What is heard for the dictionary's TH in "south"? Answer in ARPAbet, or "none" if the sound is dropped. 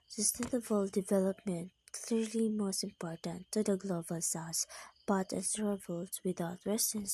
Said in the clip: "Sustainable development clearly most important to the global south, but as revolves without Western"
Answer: S